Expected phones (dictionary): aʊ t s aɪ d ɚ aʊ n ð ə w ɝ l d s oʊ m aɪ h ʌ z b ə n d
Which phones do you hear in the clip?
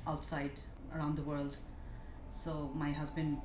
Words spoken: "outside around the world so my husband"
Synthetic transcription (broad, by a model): aʊ t s aɪ d ɚ aʊ n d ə w ɝ l d s oʊ m aɪ h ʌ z b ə n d